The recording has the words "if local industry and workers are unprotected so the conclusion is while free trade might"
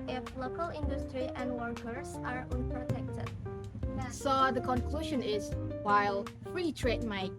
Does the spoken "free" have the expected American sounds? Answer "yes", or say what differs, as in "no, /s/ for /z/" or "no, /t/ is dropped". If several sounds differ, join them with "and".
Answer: yes